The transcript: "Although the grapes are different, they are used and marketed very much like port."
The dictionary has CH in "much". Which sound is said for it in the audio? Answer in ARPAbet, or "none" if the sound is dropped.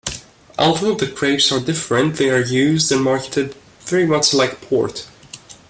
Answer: S